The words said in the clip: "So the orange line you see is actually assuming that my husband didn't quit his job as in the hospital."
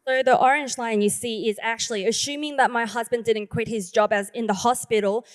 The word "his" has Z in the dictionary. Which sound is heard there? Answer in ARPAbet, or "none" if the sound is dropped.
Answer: Z